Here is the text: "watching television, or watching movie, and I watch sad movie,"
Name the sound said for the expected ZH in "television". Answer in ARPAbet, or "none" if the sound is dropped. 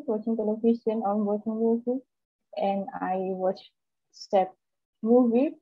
S